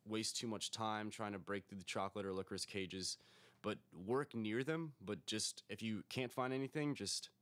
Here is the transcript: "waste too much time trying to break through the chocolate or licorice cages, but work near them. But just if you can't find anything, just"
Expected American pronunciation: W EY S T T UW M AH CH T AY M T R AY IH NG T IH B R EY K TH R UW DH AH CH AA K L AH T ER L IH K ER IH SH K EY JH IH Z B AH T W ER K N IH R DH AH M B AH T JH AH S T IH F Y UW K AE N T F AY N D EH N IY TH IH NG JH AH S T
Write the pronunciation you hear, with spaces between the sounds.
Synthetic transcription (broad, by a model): W EY S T T UW M AH CH T AY M T R AY IH NG T IH B R EY K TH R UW DH AH CH AA K L AH T ER L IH K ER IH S K EY JH IH Z B AH T W ER K N IH R DH AH M B AH T JH AH S T IH F Y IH K AE N T F AY N D EH N IY TH IH NG JH AH S T